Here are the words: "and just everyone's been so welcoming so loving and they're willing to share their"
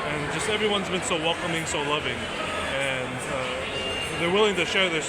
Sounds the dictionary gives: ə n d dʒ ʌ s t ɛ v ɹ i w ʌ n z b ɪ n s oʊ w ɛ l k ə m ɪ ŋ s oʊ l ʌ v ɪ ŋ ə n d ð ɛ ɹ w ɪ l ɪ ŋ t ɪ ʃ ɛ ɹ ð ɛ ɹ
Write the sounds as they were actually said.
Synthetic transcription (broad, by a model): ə n dʒ ʌ s t ɛ v ɹ i w ʌ n z b ɪ n s oʊ w ɛ l k ə m ɪ ŋ s oʊ l ʌ v ɪ ŋ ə n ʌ ð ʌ ɹ w ɪ l ɪ ŋ t ɪ ʃ ɛ ɹ ð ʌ ɹ